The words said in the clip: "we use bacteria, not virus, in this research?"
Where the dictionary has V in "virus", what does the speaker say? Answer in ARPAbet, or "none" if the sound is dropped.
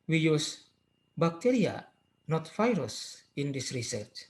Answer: F